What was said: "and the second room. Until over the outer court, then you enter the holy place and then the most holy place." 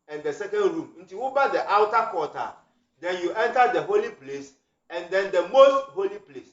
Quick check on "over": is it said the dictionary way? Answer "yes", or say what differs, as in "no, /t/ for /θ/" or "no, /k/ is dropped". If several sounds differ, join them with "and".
no, /b/ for /v/